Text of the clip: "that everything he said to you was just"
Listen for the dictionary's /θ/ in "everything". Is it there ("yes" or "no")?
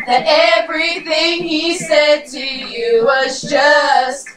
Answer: yes